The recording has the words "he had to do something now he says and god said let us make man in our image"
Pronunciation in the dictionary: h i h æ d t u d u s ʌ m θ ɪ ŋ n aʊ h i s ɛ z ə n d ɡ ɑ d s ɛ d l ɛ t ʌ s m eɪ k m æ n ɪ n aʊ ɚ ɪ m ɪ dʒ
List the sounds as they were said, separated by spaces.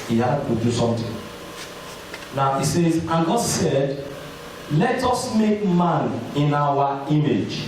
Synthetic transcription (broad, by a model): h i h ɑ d t u d u s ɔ m t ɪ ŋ n aʊ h i s ɛ z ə ɡ ɑ d s ɛ d l ɛ t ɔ s m eɪ k m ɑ n ɪ n aʊ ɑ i m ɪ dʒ